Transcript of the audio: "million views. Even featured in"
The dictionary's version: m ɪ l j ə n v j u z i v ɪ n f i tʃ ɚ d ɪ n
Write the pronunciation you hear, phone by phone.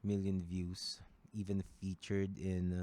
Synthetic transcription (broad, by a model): m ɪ l j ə n v j u s i v ɪ n f i tʃ ɚ d ɪ n